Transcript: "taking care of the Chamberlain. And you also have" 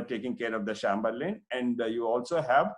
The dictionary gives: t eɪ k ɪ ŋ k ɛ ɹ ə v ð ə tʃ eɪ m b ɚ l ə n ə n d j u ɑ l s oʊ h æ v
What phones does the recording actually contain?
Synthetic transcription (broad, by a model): t eɪ k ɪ ŋ k ɛ ɹ ə v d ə ʃ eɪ m b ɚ l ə n ə n d j u ɑ l s oʊ h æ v